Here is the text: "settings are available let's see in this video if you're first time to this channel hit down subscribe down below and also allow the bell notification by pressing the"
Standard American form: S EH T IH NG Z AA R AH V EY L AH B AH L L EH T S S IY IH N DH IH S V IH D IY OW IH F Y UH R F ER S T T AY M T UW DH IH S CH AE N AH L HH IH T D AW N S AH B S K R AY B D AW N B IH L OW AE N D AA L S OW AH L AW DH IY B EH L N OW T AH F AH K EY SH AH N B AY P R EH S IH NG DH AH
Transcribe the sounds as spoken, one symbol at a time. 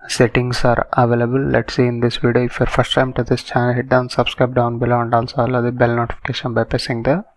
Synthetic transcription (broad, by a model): S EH T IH NG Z AA R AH V EY L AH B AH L L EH T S S IY IH N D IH S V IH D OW IH F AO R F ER S T T AY M T UW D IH S CH AE N AH L HH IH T D AW N S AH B S K R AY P D AW N B IH L OW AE N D AA L S OW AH L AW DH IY B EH L N OW T AH F AH K EY SH AH N B AY P EH S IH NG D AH